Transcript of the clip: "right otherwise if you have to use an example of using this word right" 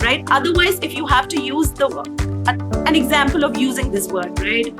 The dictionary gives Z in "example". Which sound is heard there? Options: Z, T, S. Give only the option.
Z